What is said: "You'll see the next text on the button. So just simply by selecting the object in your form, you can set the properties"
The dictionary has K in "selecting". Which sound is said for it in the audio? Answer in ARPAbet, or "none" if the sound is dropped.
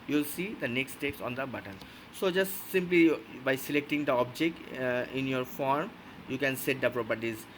K